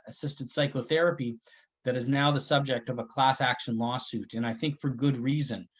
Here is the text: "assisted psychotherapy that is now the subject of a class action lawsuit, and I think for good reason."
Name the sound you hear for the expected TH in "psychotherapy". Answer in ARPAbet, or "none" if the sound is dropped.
TH